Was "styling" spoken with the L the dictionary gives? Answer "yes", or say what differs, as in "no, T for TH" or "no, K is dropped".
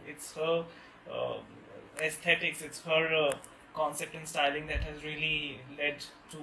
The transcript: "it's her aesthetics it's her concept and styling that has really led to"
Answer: yes